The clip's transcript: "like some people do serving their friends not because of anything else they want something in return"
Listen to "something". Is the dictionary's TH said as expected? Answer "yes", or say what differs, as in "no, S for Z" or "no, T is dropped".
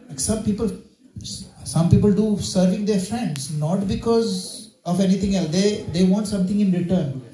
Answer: no, T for TH